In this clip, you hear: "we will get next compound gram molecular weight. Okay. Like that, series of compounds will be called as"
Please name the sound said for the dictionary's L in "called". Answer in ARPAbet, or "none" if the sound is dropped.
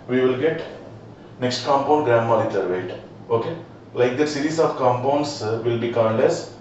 N